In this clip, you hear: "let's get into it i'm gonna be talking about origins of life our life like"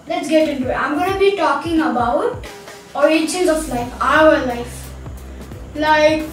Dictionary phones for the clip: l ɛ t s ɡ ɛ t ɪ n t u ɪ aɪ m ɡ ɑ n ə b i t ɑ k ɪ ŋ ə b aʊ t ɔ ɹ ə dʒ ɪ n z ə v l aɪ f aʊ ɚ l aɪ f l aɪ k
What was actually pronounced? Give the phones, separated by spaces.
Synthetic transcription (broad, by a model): l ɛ t s ɡ ɛ t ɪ n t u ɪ aɪ m ɡ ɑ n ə b i t ɑ k ɪ ŋ ə b aʊ t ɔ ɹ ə tʃ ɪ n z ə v l aɪ f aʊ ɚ l aɪ f l aɪ k